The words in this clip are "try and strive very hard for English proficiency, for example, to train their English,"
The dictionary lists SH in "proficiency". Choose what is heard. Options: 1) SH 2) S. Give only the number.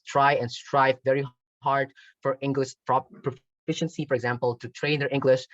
1